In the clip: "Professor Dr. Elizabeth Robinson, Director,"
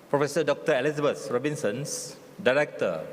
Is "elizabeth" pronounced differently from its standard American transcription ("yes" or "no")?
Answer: yes